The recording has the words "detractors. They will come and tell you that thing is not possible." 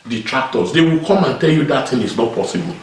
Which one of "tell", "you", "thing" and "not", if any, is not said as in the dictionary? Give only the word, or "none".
thing